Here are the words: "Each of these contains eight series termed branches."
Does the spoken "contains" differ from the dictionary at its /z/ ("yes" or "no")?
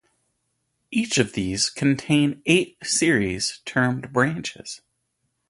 yes